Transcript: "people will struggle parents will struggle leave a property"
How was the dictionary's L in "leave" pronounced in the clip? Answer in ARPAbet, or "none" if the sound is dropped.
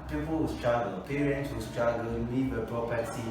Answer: N